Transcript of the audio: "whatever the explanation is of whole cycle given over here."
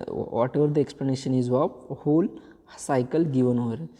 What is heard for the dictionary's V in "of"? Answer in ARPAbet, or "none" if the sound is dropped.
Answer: P